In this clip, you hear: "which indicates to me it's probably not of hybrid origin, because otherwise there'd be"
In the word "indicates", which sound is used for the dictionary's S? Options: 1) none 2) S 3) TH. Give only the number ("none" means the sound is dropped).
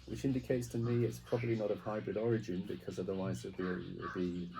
2